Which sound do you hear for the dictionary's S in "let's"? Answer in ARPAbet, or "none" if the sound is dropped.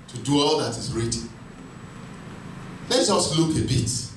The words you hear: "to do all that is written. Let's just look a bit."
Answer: none